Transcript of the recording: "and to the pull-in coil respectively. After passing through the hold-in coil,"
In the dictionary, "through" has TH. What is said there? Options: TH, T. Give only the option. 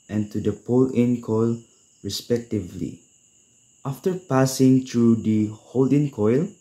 T